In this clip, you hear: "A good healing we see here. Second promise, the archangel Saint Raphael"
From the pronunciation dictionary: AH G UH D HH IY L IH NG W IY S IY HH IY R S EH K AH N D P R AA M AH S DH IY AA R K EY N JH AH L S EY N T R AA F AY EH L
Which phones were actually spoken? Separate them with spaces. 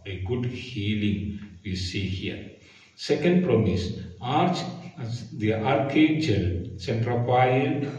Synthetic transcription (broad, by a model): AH G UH D HH IY L IH NG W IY S IY HH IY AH S EH K AH N D P R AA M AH S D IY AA R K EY JH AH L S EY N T R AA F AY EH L